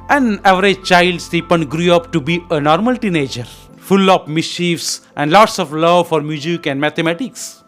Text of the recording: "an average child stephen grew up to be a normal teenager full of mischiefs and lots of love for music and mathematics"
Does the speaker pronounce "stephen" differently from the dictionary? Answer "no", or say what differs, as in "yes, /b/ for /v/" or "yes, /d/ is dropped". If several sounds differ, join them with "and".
yes, /p/ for /v/